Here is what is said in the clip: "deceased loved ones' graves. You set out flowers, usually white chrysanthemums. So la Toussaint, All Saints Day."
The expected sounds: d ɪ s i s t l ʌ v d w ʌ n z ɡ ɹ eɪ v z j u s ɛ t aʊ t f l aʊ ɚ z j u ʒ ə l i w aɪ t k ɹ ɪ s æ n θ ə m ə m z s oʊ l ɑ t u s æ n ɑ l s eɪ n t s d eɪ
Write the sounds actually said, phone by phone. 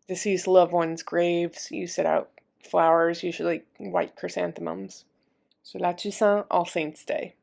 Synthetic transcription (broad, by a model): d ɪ s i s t l ʌ v w ʌ n z ɡ ɹ eɪ v z j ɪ s ɛ t aʊ t f l aʊ ɚ z j u ʒ l i w aɪ t k ɹ ɪ s æ n θ ə m ə m z s oʊ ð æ t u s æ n ɑ l s eɪ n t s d eɪ